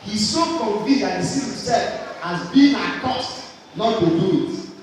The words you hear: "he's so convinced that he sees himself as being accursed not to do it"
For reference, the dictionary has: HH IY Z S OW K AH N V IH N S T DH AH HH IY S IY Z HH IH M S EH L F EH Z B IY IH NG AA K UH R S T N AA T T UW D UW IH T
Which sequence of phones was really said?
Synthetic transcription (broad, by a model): HH IY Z S OW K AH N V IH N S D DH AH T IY S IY HH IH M S EH L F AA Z B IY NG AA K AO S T N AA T T UW D UW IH T